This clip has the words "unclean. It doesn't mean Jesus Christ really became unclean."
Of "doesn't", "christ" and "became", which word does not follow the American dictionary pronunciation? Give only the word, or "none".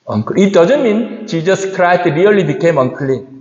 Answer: christ